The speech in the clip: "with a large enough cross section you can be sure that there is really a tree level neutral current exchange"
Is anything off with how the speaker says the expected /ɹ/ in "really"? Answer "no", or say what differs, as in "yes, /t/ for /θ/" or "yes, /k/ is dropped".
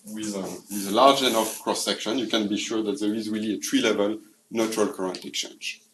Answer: no